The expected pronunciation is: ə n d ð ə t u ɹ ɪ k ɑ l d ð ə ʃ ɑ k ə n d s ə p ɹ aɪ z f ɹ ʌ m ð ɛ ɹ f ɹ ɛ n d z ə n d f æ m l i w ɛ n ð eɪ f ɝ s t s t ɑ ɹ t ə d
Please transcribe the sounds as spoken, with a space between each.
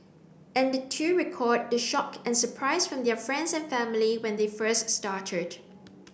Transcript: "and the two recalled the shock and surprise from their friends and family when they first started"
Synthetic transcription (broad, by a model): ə n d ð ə t u ɹ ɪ k ɑ d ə ʃ ɑ k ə n s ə p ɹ aɪ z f ɹ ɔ m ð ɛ f ɹ ɛ n d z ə n f æ m l i w ɛ n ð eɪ f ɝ s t s t ɑ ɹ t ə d